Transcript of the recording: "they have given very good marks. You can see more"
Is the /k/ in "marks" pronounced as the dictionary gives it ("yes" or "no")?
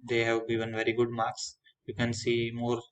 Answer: yes